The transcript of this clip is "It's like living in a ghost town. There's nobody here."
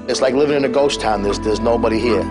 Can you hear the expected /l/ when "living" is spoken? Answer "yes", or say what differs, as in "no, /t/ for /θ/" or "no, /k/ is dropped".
yes